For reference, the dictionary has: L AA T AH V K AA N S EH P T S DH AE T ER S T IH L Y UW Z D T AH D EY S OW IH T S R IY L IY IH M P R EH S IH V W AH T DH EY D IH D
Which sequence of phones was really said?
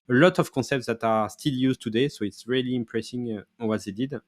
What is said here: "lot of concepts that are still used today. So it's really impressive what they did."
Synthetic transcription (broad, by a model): L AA T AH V K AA S EH P T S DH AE T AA S T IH L Y UW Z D T AH D EY S OW IH T S R IY L IY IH M P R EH S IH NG W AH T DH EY D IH D